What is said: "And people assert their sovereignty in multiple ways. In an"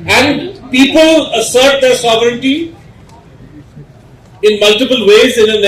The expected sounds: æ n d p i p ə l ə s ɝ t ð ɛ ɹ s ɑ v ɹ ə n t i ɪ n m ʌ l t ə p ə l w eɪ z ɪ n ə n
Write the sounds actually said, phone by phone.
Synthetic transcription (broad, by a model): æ n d p i p ə l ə s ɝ t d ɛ ɹ s ɑ v ɹ ə n t i ɪ n m ʌ l t ə p ə l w eɪ z ɪ n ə n